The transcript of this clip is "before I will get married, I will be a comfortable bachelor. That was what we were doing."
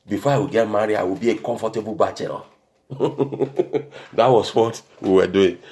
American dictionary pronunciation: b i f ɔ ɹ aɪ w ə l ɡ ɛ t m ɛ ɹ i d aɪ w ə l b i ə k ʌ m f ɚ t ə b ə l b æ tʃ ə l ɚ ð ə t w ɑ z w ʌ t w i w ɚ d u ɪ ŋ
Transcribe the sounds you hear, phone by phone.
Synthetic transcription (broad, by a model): b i f ɔ aɪ w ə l ɡ ɛ t m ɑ ɹ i aɪ w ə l b i ə k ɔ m f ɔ t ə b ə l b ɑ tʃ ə n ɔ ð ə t w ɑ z w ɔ t w i w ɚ d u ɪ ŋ